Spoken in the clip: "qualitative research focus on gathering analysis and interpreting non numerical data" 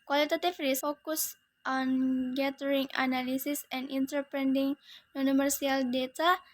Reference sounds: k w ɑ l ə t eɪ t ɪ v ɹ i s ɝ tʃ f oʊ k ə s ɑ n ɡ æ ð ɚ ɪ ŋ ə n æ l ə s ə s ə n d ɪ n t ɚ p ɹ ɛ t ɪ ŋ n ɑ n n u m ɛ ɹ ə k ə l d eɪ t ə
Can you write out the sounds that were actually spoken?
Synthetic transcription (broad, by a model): k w ɑ l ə t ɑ t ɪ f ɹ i s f oʊ k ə s ɑ n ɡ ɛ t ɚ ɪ ŋ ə n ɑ l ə s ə s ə n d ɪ n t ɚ p ɹ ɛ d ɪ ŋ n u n n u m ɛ ɹ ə ə l d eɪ t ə